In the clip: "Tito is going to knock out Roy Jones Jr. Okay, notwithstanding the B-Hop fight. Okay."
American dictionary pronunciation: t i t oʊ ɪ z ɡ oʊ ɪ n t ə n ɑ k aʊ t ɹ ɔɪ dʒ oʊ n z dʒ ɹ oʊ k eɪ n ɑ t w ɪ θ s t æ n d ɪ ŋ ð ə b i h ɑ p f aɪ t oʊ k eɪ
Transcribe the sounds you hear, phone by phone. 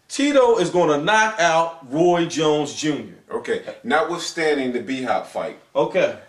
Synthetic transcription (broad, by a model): t i t oʊ ɪ z ɡ oʊ ɪ n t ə n ɑ k aʊ t ɹ ɔɪ dʒ oʊ n z dʒ ɹ oʊ k eɪ n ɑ w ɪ s t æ n d ɪ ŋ ð ə b i h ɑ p f aɪ t oʊ k eɪ